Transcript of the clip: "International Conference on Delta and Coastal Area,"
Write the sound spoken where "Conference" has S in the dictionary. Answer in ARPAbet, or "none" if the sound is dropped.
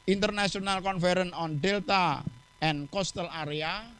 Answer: none